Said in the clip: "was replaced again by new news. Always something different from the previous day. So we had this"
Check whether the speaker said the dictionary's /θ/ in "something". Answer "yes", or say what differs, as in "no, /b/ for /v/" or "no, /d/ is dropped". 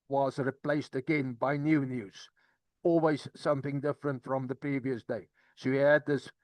yes